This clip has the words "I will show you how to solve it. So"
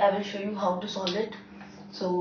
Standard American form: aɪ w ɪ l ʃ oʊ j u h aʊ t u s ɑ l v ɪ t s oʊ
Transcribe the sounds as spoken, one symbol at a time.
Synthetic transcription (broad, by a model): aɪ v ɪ l ʃ oʊ j u h aʊ t u s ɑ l ɪ t s oʊ